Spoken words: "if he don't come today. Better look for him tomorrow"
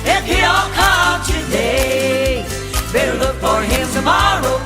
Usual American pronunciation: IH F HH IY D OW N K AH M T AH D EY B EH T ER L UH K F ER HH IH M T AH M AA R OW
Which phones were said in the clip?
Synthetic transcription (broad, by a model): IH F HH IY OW L K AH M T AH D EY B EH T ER L UH K F ER HH IH M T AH M AA R OW